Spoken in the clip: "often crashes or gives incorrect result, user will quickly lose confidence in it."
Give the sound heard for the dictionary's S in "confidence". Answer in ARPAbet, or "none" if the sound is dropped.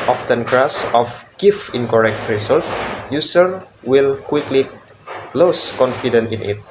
none